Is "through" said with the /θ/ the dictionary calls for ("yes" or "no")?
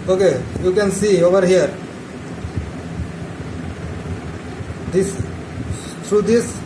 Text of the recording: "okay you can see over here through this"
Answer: no